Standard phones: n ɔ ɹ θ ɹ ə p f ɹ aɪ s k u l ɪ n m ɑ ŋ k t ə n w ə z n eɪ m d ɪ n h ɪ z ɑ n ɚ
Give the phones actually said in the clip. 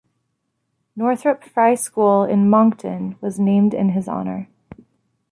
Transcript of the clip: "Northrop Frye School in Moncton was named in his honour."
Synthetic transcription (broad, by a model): n ɔ ɹ θ ɹ ə p f ɹ aɪ s k u l ɪ n m ɑ ŋ k t ə n w ə z n eɪ m d ɪ n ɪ z ɑ n ɚ